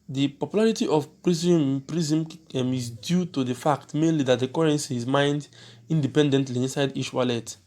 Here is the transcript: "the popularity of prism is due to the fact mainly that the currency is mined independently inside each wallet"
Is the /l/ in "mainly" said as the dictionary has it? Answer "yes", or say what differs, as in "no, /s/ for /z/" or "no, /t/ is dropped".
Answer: yes